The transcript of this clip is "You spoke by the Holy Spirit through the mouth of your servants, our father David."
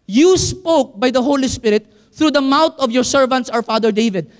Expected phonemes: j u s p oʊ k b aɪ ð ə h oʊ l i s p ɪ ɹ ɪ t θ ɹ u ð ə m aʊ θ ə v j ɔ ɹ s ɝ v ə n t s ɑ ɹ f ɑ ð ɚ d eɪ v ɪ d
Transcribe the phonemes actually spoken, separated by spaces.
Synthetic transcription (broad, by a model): j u s p oʊ k b aɪ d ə h oʊ l i s p ɪ ɹ ɪ t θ ɹ u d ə m aʊ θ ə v j ɔ ɹ s ɝ v ə n t s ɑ w f ɑ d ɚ d eɪ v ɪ d